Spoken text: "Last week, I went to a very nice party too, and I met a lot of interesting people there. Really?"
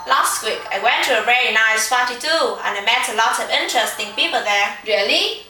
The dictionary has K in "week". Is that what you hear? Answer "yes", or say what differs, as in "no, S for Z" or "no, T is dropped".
yes